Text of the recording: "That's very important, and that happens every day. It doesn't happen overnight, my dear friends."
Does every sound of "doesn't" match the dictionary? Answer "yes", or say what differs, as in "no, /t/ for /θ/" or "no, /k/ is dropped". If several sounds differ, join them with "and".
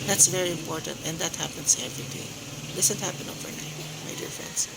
no, /s/ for /z/